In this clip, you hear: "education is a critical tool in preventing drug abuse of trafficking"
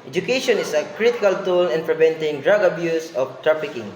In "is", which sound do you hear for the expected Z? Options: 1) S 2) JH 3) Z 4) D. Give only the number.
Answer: 1